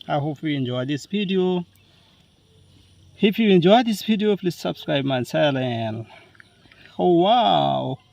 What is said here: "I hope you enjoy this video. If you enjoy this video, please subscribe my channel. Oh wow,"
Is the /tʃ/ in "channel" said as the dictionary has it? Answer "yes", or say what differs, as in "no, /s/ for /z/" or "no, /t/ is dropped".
no, /s/ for /tʃ/